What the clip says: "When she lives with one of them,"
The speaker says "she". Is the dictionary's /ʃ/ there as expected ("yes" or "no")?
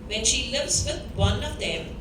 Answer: yes